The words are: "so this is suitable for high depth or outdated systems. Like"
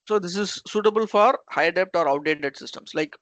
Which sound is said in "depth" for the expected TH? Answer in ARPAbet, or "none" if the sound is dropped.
T